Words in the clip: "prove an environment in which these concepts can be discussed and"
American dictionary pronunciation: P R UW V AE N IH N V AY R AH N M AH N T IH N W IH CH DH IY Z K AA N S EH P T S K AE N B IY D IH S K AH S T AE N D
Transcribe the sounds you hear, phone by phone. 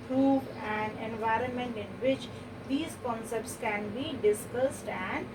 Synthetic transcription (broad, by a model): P R UW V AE N IH N V AY R AH N M AH N T IH N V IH CH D IY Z K AA N S EH P T S K AE N B IY D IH S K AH S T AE N D